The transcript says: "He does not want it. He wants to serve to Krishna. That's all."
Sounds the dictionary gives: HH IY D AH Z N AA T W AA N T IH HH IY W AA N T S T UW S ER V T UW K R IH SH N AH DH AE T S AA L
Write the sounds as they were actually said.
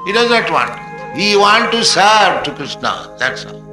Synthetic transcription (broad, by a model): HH IY D AH Z N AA T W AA N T HH IY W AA N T T UW S ER V T UW K R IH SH N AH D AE T S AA